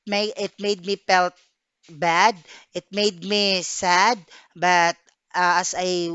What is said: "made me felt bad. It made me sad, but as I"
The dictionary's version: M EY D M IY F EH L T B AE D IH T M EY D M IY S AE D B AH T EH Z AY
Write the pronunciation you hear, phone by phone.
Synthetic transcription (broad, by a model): M EY D M IY P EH L T B AE D IH T M EY D M IY S AE D B AH T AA S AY